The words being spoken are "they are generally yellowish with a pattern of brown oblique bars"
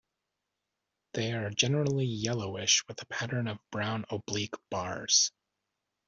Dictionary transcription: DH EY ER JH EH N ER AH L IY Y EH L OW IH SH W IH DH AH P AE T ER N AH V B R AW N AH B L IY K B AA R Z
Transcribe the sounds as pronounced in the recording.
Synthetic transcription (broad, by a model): DH EY ER JH EH N ER L IY Y EH L OW IH SH W IH DH AH P AE T ER N AH V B R AW N AH B L IY K B AA R Z